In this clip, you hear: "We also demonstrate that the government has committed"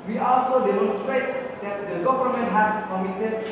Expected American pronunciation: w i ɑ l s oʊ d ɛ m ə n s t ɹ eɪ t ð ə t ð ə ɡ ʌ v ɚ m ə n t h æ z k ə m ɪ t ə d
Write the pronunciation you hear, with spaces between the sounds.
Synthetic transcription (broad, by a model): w i ɑ l s oʊ d ɛ m ə n s t ɹ eɪ t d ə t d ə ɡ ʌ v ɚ m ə n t h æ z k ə m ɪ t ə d